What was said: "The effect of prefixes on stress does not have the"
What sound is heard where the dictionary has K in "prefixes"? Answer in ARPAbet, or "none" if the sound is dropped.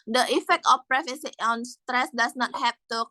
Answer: none